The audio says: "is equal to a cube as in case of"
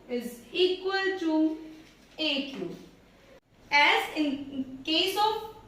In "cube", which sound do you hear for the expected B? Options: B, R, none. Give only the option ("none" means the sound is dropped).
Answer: none